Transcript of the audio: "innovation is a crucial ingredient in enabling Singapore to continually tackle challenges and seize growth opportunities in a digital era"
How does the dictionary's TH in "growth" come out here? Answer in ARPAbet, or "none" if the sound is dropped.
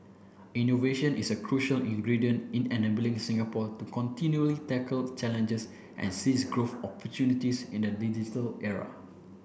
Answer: F